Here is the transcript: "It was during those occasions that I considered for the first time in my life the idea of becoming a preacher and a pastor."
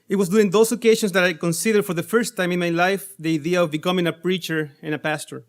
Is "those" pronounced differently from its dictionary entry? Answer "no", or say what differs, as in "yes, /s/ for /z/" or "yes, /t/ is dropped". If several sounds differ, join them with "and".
yes, /s/ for /z/